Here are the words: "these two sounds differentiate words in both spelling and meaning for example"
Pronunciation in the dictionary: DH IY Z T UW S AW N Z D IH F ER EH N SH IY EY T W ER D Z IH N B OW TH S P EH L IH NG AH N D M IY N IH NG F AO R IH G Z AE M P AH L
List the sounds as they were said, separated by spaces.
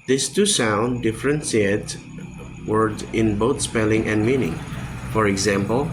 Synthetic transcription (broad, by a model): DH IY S T UW S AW N D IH F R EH N S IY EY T W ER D IH N B OW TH S P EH L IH NG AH N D M IY N IH NG F AO R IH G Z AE M P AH L